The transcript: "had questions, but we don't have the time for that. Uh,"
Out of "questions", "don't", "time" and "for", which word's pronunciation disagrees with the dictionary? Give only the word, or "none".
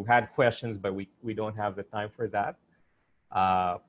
none